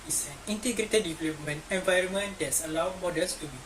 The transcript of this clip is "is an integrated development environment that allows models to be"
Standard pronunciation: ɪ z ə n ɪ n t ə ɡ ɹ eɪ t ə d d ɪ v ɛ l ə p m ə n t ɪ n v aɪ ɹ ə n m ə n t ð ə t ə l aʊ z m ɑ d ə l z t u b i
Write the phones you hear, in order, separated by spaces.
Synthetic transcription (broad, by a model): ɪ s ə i n t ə ɡ ɹ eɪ t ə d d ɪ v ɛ l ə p m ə n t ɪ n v aɪ ɹ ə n m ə n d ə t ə l aʊ m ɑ d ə l s t u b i